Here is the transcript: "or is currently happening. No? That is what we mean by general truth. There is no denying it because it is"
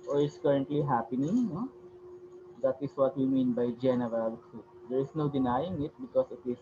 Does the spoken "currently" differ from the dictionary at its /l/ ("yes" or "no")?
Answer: no